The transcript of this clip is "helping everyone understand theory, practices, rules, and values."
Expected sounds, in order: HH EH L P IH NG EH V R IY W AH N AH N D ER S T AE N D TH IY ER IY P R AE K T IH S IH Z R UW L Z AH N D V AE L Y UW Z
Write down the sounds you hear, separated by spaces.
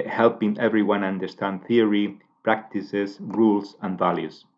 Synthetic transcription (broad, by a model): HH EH L P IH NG EH V R IY W AH N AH N D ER S T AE N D TH IY ER IY P R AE K T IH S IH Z R UW L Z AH N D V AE L Y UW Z